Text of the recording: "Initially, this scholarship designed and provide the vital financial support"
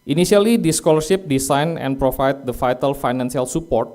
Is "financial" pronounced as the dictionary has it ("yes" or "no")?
no